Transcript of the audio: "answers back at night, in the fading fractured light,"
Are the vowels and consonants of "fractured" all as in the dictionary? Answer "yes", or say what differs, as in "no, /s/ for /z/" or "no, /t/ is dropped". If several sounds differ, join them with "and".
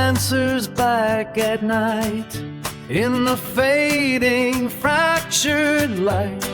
yes